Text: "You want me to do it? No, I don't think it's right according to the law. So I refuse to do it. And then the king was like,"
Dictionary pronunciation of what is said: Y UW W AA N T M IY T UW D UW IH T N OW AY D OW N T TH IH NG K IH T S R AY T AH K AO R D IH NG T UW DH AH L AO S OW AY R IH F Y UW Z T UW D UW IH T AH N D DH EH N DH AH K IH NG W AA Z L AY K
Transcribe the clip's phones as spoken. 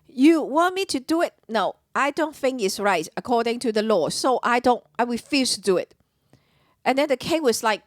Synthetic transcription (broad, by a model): Y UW W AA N M IY T UW D UW IH T N OW AY D OW N T TH IH NG K IH T S R AY T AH K AO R D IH NG T UW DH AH L AO S OW AY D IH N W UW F T UW D UW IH T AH N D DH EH N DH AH K IH NG W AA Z L AY K